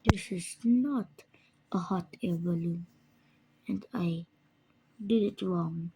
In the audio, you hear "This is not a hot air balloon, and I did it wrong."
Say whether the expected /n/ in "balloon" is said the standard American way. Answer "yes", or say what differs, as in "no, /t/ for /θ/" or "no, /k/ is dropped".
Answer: no, /n/ is dropped